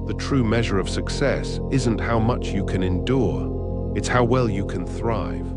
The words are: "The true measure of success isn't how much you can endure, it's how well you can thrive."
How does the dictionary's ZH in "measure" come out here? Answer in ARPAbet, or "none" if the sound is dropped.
ZH